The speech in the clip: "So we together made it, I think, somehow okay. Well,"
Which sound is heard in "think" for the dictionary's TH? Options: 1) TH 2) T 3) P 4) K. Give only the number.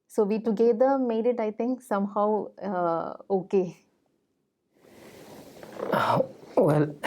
2